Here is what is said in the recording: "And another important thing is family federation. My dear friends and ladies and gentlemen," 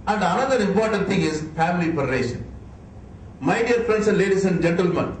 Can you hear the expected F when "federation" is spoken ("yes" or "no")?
no